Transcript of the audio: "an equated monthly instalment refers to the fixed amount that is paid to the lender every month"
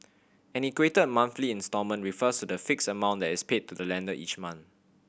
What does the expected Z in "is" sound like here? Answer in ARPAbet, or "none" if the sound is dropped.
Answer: S